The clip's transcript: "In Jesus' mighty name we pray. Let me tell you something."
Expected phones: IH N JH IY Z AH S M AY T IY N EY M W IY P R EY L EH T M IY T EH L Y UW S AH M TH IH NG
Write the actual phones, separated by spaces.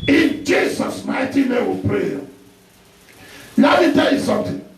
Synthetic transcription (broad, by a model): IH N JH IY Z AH S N AY T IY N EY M W IY P R EY N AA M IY T EH L Y UW S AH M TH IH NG